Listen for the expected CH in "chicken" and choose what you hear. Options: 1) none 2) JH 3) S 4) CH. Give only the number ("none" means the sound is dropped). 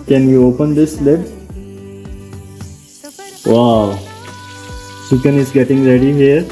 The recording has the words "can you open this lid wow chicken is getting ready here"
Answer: 3